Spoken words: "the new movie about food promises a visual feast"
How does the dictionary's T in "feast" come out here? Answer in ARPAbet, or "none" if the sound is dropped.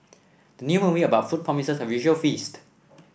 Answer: T